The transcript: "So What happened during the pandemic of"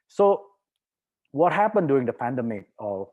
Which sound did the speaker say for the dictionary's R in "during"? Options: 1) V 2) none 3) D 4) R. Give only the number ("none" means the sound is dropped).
2